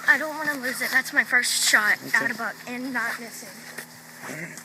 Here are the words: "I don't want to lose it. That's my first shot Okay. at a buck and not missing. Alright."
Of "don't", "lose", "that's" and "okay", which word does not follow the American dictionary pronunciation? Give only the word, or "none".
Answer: okay